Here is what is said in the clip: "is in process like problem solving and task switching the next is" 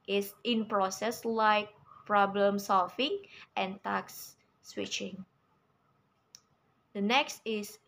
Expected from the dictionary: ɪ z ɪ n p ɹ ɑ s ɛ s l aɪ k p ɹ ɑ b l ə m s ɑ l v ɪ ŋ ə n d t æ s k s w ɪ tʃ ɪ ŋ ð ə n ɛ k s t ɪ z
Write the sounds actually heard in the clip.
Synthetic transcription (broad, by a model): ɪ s ɪ n p ɹ ɑ s ɛ s l aɪ k p ɹ ɑ b l ə m s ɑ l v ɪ ŋ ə n t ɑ k s w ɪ tʃ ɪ ŋ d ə n ɛ k s t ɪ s